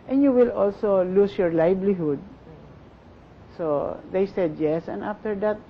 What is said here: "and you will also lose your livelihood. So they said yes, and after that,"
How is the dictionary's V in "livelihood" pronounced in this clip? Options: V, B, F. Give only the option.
B